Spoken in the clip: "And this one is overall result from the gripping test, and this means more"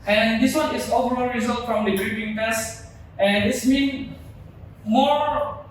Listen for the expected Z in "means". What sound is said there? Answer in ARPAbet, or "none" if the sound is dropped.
none